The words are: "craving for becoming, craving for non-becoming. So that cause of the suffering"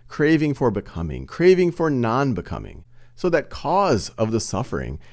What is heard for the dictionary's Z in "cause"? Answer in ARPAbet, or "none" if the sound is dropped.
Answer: Z